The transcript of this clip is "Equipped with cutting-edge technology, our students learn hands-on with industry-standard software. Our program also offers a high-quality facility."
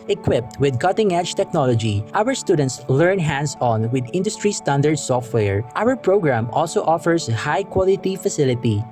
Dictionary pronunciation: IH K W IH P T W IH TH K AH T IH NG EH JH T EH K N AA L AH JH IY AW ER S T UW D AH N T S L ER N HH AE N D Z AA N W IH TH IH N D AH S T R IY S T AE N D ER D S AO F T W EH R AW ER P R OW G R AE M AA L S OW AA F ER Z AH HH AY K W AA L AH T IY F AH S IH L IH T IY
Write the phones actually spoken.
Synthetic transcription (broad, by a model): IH K W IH P T W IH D K AH T IH NG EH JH T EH K N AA L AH JH IY AW ER S T UW D AH N T S L ER N HH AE N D S AA N W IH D IH N D AH S T R IY S T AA N D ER D S AO F T W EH R AW ER P R OW G R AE M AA L S OW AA F ER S HH AY K W AA L AH T IY F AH S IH L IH T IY